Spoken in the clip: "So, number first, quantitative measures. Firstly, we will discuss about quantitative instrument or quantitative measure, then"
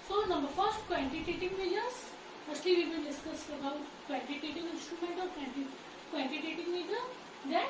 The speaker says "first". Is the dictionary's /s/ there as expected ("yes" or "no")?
yes